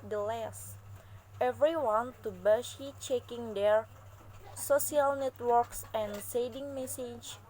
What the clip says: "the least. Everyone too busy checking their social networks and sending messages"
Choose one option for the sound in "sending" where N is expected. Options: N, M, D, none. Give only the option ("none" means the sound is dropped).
none